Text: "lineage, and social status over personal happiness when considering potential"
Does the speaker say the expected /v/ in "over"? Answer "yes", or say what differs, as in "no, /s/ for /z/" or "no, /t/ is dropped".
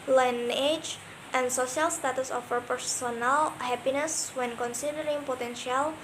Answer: no, /f/ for /v/